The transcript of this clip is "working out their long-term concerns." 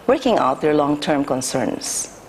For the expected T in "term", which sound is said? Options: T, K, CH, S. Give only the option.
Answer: T